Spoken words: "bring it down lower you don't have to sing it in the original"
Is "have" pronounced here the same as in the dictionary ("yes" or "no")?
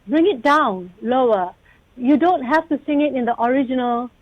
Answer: no